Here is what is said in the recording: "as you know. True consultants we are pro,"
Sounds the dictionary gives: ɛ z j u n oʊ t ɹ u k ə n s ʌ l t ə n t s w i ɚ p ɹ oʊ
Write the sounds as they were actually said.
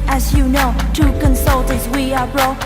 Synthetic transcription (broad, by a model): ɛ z j u n oʊ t u k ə n s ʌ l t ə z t w i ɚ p ɹ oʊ